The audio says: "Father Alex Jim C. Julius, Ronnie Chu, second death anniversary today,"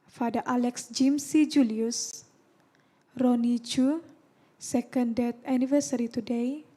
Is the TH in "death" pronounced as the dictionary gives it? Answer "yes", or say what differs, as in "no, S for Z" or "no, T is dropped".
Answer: no, T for TH